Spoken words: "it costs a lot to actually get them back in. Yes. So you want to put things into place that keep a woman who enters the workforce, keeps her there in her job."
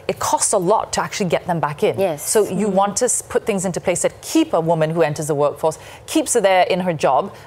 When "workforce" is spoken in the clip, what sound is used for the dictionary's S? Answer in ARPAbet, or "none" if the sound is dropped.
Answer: S